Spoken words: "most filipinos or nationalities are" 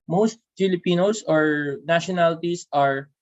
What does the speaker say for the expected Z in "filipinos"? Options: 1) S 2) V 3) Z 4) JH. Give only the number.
1